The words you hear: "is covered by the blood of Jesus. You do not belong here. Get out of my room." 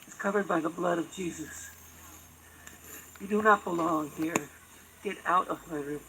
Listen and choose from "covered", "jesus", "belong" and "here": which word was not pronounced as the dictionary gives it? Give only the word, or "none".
none